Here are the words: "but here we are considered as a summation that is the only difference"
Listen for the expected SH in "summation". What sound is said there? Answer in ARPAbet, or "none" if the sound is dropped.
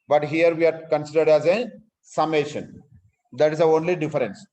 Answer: SH